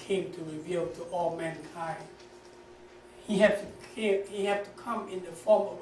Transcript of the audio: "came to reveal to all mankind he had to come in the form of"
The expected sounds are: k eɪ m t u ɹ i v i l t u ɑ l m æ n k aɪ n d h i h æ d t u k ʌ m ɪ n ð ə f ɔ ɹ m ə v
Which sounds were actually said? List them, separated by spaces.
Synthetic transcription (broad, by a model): k eɪ m t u ɹ i v i l t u ɑ l m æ n k aɪ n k h i h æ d t u k ʌ m ɪ n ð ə f ɔ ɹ m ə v